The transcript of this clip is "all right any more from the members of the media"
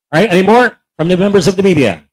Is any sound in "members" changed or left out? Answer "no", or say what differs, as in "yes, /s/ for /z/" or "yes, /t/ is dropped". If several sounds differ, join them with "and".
no